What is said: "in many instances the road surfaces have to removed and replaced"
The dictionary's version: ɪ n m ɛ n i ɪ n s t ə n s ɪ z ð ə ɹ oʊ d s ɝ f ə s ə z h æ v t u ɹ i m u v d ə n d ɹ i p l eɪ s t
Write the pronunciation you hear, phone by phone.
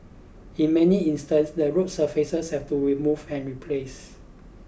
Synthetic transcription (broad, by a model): ɪ n m ɛ n i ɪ n s t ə n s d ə ɹ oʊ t s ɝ f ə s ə s h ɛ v t u ɹ i m u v ə n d ɹ i p l eɪ s